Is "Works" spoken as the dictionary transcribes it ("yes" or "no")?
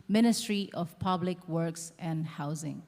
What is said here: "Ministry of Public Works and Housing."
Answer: yes